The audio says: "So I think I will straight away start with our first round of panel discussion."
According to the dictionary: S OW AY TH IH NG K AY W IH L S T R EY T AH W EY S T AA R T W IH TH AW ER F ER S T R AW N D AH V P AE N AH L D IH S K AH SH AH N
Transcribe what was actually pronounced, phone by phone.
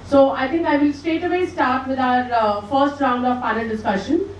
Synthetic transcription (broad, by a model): S OW AY T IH NG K AY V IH L S T EY T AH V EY S T AA R T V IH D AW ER F ER S T R AW N D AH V P AE N AH L D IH S K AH SH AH N